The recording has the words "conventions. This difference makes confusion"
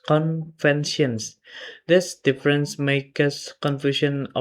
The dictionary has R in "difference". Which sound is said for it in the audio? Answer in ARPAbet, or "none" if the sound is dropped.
R